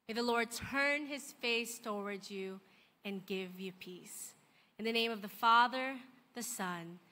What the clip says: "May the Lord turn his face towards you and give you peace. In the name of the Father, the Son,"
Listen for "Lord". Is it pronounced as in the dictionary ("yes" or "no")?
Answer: yes